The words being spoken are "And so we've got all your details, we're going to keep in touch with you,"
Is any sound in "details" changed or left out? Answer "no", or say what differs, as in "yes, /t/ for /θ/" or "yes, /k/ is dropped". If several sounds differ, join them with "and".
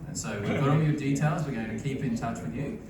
no